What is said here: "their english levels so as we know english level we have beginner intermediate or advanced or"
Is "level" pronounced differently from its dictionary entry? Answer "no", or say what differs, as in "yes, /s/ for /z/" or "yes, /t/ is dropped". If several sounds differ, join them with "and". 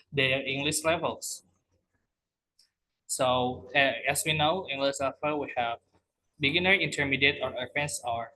yes, /f/ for /v/